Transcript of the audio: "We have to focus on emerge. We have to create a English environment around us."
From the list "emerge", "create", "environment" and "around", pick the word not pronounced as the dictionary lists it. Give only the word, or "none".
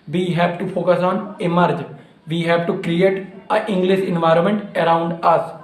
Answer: none